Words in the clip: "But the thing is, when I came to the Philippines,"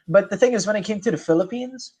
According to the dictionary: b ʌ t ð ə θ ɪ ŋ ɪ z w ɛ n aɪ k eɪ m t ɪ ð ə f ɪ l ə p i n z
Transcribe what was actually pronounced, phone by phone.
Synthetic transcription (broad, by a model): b ʌ t ð ə θ ɪ ŋ ɪ z w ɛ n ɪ k eɪ m t ɪ ð ə f ɪ l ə p i n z